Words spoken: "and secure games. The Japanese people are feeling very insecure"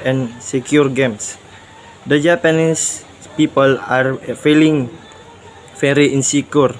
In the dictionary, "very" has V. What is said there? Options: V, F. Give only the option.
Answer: F